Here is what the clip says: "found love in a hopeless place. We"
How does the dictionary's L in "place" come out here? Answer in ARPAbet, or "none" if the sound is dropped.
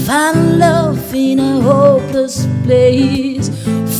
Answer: none